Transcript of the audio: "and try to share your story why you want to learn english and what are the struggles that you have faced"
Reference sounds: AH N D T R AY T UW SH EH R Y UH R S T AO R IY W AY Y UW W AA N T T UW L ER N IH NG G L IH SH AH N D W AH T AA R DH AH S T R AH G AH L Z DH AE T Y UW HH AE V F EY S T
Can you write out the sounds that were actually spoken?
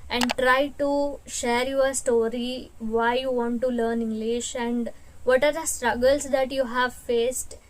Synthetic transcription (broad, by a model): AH N D T R AY T UW SH EH R Y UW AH S T AO R IY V AY Y UW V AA N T T UW L ER N IH NG G L IH SH AH N D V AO T AA R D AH S T R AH G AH L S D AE T Y UW HH AE V F EY S T